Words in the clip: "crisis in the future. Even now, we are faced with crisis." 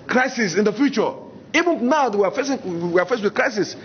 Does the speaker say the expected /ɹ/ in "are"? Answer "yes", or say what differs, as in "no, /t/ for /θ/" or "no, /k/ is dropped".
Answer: no, /w/ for /ɹ/